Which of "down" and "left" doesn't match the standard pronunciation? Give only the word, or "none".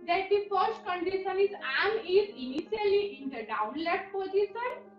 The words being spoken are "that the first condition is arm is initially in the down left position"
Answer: left